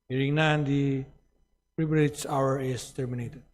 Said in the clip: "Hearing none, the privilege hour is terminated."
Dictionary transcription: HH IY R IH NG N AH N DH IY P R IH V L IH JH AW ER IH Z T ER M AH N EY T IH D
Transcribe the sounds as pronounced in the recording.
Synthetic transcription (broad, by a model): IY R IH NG N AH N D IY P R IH B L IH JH AW ER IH S T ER M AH N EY T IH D